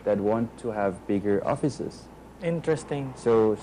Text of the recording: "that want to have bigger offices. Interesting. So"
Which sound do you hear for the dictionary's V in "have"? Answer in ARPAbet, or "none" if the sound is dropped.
V